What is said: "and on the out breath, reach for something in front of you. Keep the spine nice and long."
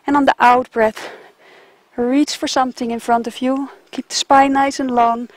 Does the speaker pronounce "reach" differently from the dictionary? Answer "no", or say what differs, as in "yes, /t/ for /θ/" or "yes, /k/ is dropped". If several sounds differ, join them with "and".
no